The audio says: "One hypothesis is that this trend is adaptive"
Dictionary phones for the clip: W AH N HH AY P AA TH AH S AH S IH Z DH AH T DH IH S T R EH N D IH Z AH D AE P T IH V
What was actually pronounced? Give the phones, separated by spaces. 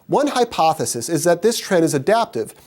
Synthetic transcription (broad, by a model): W AH N HH AY P AA TH AH S AH S IH Z DH AH T DH IH S T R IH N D IH Z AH D AE P T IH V